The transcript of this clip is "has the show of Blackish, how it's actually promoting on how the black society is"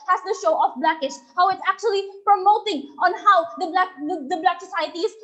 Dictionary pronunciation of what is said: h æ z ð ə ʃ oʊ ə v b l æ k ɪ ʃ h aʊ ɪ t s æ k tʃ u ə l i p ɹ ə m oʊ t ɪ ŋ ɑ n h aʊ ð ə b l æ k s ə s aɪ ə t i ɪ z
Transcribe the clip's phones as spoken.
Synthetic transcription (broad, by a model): h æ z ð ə ʃ oʊ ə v b l æ k ɪ ʃ h aʊ ɪ t s æ k tʃ u ə l i p ɹ ə m oʊ t ɪ ŋ ɑ n h aʊ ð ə b l æ k s ə s aɪ ə t i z